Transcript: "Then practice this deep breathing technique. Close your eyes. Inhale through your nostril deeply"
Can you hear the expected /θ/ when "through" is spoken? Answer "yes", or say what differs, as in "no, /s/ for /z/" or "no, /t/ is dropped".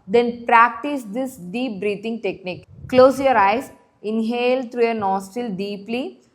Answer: no, /t/ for /θ/